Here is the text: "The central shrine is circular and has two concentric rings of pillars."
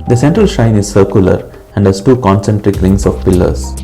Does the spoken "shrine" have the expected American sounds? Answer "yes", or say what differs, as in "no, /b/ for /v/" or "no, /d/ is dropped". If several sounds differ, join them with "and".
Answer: no, /ɹ/ is dropped